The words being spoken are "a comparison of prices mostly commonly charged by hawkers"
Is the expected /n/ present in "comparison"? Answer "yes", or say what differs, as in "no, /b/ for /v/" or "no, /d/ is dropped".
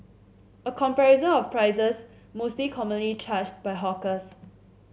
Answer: no, /n/ is dropped